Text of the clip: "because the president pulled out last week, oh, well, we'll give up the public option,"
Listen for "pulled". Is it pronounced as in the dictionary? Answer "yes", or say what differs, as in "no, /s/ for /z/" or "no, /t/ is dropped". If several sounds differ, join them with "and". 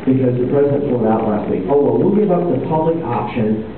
no, /l/ is dropped